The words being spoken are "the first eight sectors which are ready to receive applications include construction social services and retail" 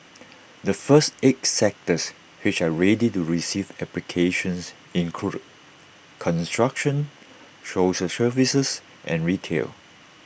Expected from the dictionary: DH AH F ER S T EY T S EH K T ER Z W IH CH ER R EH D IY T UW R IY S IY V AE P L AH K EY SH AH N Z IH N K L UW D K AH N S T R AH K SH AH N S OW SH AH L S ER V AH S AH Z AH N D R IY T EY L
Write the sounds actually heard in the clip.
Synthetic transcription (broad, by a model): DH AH F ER S T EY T S EH K T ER S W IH CH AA R EH D IY T UW R IY S IY V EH P L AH K EY SH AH N S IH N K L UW K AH N S T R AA K SH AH N SH OW S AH S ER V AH S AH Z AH N R IY T EY L